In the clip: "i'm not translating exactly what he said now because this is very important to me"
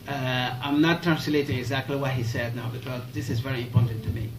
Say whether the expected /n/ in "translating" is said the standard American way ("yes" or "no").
yes